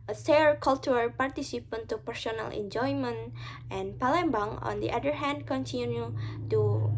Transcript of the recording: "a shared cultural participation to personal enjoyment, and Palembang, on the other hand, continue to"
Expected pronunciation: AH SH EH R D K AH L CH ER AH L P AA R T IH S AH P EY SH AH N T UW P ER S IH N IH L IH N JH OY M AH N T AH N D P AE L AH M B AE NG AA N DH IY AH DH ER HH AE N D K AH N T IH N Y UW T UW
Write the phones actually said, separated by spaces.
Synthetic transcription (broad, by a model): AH S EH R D K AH L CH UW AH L P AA R T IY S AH P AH N T UW P ER S IH N IH L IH N JH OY M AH N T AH N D P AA L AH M B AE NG AA N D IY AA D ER HH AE N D K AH N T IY N Y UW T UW